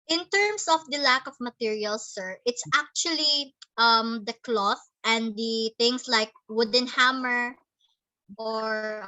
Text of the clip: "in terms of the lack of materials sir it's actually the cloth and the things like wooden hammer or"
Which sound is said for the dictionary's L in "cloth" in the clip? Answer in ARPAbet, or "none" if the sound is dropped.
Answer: L